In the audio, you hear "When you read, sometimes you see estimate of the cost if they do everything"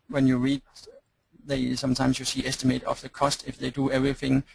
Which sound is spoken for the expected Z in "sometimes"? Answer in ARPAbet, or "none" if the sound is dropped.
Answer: S